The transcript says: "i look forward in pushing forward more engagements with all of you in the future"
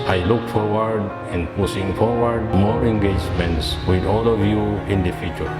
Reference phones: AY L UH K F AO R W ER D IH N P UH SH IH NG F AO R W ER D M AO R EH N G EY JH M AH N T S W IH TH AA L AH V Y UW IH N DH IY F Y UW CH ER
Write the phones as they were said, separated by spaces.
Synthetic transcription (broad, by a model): AY L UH K F AO R W ER D IH N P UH S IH NG F AO R W ER D M AO R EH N G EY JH M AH N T S W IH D AA L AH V Y UW IH N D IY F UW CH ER